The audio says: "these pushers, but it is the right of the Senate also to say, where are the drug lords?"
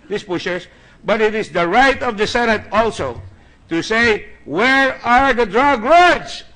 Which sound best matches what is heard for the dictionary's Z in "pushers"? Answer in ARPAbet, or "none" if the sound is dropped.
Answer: S